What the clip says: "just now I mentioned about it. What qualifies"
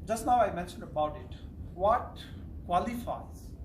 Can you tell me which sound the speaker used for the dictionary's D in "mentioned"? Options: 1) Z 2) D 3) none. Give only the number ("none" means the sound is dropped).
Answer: 2